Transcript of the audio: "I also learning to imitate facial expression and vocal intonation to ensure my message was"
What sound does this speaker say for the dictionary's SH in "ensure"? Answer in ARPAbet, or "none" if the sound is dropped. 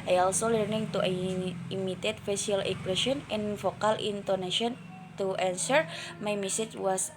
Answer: S